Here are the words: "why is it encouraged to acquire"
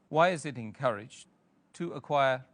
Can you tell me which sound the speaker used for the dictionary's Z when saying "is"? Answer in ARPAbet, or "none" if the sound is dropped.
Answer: Z